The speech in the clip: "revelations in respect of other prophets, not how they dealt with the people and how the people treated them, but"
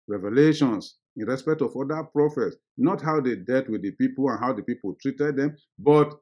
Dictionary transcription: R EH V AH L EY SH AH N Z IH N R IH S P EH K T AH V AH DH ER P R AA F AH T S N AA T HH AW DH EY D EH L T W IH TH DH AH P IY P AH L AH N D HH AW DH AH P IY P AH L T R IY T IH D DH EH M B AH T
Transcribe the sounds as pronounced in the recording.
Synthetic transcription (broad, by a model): R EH V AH L EY SH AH N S IH N R IH S P EH K T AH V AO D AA P R AA F AH T S N AA T HH AW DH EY D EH T W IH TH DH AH P IY P AH L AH N HH AW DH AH P IY P AH L T R IY T IH D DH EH M B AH T